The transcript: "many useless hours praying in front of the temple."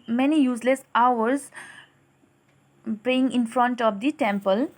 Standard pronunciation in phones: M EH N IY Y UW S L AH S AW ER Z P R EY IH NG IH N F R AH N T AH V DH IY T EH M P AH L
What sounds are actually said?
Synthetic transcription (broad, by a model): M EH N IY Y UW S L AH S AW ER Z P EY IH NG IH N F R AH N T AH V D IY T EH M P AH L